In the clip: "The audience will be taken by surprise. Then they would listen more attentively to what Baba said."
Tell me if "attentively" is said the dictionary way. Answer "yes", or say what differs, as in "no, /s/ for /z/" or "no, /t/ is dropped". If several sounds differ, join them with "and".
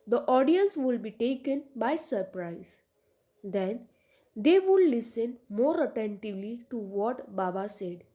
yes